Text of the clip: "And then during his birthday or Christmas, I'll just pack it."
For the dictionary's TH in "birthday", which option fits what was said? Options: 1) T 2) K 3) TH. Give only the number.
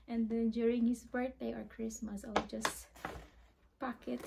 1